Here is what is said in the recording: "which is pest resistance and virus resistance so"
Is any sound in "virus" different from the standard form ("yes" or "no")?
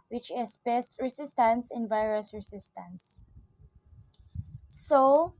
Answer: no